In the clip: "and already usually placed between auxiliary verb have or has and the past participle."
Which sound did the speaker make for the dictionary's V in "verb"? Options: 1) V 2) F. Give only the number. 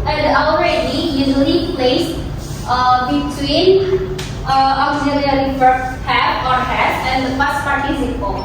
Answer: 2